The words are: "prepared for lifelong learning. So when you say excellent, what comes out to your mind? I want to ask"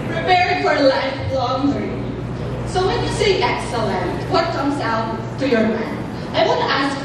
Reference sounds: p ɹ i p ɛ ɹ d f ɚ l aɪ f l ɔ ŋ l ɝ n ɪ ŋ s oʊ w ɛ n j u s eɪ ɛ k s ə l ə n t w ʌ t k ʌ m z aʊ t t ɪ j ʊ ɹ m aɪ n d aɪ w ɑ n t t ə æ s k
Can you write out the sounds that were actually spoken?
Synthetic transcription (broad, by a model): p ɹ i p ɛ ɹ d f ɚ l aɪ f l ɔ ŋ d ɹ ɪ s oʊ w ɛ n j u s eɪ ɛ k s ə l ə n t w ʌ t k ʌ m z aʊ t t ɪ j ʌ ɹ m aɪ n aɪ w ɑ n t t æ s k